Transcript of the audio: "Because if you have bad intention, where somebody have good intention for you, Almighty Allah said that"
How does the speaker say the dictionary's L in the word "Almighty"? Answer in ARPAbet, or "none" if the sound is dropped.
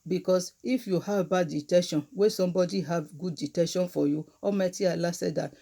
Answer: none